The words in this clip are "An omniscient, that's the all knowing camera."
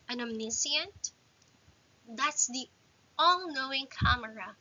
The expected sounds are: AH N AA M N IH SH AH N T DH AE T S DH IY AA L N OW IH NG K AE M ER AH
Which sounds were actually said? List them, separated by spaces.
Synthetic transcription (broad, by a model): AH N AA M N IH S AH N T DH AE T S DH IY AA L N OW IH NG K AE M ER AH